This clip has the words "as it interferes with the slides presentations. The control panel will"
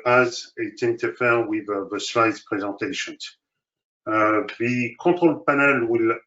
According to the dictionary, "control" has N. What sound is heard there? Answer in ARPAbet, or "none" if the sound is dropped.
none